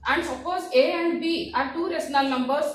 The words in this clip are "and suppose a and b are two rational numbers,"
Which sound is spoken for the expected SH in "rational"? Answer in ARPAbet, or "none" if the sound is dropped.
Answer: S